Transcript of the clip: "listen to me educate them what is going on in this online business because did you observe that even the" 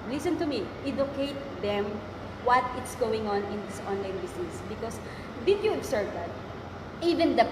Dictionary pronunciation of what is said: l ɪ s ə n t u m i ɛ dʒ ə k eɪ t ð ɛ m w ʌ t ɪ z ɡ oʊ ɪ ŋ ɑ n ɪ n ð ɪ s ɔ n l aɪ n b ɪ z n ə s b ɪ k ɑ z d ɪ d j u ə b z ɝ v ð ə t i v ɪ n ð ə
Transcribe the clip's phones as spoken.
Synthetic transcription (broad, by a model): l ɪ s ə n t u m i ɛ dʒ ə k eɪ t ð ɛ m w ʌ t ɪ s ɡ oʊ ɪ ŋ ɑ n ɪ n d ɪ s ɔ n l aɪ n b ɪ s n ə s b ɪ k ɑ s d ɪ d j u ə b s ɝ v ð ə t i v ɪ n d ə